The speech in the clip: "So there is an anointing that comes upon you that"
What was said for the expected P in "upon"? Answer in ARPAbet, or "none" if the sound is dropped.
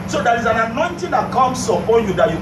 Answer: none